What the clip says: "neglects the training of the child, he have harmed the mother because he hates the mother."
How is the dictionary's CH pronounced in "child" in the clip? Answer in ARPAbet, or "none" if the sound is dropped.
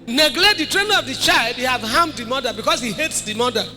CH